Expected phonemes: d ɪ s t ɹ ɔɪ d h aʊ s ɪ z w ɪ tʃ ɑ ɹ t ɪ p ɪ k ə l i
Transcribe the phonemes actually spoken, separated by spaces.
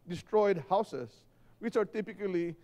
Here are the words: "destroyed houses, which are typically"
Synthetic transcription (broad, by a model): d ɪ s t ɹ ɔɪ d h aʊ s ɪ s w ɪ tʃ ɑ ɹ t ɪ p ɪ k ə l i